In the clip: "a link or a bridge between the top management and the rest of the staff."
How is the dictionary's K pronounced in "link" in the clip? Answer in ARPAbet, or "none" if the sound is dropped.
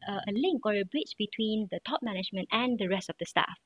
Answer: K